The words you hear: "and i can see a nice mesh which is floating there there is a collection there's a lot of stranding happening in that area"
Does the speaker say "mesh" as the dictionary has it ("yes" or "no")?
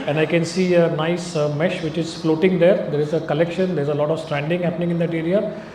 yes